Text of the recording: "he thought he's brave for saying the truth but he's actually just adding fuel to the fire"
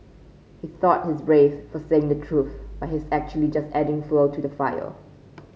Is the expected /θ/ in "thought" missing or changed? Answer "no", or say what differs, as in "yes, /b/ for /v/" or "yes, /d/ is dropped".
no